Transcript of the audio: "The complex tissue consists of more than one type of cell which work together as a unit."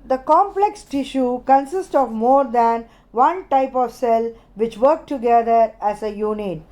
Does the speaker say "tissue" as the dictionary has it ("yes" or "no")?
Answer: yes